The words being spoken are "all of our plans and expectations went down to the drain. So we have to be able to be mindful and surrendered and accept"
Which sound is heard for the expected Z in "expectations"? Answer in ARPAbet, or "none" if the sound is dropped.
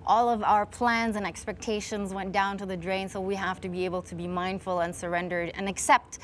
Z